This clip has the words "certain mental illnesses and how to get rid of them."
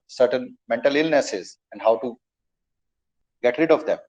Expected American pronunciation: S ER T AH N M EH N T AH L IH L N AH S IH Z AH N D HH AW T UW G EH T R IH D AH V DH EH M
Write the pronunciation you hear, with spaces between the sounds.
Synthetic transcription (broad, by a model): S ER T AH N M EH N T AH L IH L N AH S IH Z AH N D HH AW T UW G EH T R IH D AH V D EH M